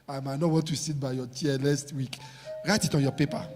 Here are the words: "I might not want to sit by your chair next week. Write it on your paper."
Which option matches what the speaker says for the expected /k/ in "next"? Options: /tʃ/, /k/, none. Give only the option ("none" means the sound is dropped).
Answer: none